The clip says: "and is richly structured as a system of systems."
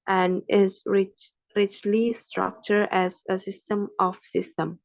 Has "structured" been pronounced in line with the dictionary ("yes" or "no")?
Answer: no